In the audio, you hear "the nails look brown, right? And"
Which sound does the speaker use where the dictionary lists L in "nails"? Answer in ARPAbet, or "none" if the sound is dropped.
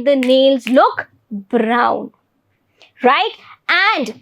L